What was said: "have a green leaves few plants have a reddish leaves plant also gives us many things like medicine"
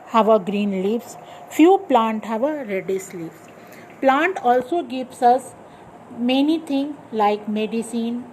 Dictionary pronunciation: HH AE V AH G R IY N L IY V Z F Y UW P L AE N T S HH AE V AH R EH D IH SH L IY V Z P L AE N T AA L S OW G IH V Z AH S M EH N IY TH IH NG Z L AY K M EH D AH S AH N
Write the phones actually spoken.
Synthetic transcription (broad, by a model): HH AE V AH G R IY N L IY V S F Y UW P L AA N T HH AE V AH R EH D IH S L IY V S P L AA N T AA L S OW G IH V S AH S M EH N IY T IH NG L AY K M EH D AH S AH N